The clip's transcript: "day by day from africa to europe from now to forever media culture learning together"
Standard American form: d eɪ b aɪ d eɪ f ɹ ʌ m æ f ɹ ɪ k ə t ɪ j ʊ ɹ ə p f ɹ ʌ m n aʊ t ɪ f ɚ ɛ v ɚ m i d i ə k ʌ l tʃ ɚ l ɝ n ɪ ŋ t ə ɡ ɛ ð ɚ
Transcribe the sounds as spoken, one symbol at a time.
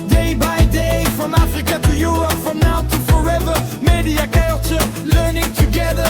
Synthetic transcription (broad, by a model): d eɪ b aɪ d eɪ f ɹ ʌ m æ f ɹ ɪ k ə t ɪ j ʊ ɹ ə p f ɹ ʌ m n aʊ t ɪ f ɚ ɛ v ɚ m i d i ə k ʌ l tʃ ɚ l ɝ n ɪ ŋ t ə ɡ ɛ ð ɚ